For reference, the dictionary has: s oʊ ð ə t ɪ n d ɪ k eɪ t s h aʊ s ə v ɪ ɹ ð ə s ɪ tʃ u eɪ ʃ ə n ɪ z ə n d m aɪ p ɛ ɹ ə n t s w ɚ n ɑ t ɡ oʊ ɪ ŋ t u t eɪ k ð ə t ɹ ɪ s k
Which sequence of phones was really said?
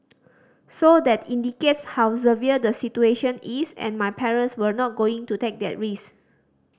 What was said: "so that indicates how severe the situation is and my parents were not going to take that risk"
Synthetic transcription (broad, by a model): s oʊ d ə t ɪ n d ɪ k eɪ t s h aʊ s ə v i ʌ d ə s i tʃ u eɪ ʃ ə n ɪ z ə n m aɪ p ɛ ɹ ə n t s w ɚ n ɑ t ɡ oʊ ɪ ŋ t u t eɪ k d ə t ɹ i s